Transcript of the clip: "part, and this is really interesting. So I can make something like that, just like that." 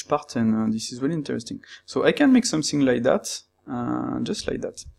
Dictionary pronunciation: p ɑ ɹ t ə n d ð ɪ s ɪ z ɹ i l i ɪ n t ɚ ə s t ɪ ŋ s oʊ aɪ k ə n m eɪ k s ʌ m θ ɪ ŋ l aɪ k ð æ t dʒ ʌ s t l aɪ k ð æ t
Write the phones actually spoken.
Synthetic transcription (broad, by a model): p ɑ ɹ t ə n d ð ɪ s ɪ z w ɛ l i ɪ n t ɚ ə s t ɪ ŋ s oʊ aɪ k ə n m eɪ k s ʌ m θ ɪ ŋ l aɪ k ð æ t dʒ ʌ s t l aɪ k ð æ t